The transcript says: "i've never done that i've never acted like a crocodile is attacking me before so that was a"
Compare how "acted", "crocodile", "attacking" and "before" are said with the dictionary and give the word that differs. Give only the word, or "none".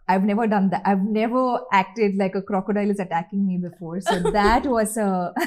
none